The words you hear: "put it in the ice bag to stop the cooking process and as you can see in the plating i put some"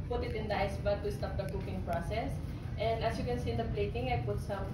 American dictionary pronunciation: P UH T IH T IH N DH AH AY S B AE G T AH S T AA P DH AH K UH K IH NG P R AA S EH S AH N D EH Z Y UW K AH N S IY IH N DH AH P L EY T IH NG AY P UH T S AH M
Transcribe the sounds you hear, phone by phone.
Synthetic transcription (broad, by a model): P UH T IH T IH N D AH AY S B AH T AH S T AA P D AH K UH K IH NG P R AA S EH S AH N D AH S Y UW K AH N S IY IH N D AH P L EY T IH NG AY P UH T S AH M